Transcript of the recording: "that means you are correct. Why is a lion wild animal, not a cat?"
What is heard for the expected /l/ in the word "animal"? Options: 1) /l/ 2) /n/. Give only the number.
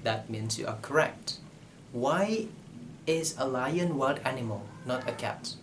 1